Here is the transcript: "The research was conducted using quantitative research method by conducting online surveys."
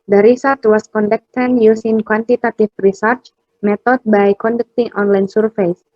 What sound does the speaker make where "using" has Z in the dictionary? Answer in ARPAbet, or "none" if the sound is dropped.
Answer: S